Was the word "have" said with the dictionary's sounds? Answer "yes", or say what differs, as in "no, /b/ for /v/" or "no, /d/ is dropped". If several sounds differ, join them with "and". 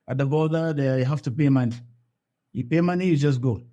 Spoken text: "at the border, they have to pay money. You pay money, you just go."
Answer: no, /f/ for /v/